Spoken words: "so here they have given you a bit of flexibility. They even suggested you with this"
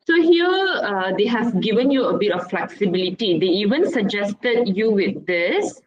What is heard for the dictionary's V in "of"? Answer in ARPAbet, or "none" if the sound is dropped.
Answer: F